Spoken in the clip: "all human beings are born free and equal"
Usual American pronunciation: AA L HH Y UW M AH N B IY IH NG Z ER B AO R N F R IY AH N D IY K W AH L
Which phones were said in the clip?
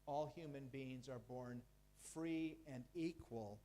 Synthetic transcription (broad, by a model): AA L HH Y UW M AH N B IY IH NG Z ER B AO R N F R IY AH N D IY K W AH L